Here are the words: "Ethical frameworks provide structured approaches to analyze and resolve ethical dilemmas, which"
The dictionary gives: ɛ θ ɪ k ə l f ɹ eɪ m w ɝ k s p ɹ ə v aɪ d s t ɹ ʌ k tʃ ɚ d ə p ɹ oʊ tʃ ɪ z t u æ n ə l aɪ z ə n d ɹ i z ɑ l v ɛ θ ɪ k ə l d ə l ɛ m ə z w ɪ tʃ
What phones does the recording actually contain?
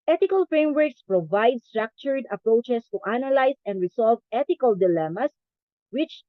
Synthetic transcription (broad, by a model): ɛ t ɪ k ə l f ɹ eɪ m w ɝ k s p ɹ ə v aɪ d s t ɹ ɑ k tʃ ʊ d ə p ɹ oʊ tʃ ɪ s t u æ n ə l aɪ s ə n d ɹ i s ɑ l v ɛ t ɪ k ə l d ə l ɛ m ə s w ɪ tʃ